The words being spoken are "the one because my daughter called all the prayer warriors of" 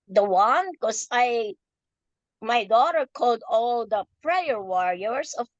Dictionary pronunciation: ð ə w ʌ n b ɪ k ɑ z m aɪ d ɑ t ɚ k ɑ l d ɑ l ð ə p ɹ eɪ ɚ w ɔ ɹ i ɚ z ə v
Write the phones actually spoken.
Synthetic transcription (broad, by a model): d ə w ʌ n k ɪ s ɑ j m aɪ d ɑ t ɚ k ɑ l d ɑ l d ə p ɹ eɪ ɚ w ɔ ɹ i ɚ s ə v